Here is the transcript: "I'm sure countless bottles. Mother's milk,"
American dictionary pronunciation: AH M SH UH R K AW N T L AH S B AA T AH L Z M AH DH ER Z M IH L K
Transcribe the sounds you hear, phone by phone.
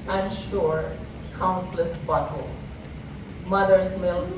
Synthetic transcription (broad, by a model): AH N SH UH R K AW N T L AH S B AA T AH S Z M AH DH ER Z M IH L